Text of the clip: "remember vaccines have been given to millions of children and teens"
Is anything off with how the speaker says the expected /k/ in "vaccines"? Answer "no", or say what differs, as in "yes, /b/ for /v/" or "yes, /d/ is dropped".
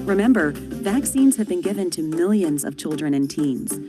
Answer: no